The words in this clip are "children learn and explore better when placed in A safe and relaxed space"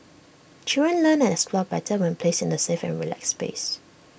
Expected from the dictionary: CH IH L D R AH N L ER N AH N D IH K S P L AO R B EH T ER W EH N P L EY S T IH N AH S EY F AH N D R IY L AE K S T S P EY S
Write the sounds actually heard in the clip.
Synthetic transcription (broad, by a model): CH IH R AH N L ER N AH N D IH S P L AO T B EH T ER W EH N P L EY S IH N AH S EY F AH N R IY L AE K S S P EY S